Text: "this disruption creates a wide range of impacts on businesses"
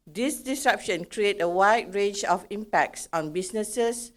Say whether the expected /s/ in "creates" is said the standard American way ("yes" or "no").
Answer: no